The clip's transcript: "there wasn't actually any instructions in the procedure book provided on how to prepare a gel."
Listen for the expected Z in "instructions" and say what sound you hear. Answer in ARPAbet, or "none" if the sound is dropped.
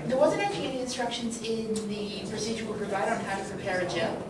Z